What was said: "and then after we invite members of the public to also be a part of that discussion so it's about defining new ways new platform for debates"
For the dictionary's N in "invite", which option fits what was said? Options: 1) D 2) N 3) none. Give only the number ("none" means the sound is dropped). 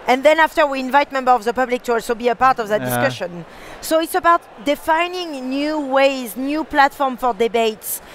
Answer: 2